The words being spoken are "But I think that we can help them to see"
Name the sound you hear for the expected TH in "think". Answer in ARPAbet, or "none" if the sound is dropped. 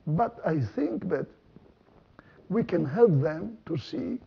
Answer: TH